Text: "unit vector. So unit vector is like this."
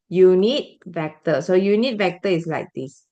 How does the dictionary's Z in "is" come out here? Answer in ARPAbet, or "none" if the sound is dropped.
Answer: S